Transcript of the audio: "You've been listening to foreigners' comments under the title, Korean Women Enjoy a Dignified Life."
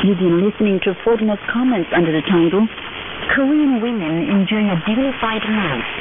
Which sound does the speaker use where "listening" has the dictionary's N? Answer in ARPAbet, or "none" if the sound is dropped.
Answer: N